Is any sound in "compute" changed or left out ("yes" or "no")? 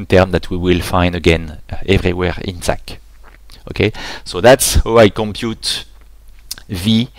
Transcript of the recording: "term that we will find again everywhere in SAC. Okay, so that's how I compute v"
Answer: no